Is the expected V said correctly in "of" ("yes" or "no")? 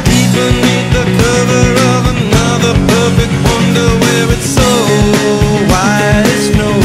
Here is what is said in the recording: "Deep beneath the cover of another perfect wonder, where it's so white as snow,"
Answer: yes